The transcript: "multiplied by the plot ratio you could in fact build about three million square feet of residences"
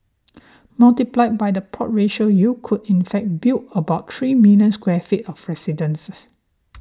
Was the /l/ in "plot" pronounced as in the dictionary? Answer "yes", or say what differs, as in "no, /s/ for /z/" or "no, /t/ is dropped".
no, /l/ is dropped